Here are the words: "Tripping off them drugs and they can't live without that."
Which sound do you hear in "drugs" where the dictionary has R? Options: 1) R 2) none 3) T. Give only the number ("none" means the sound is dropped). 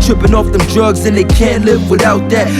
1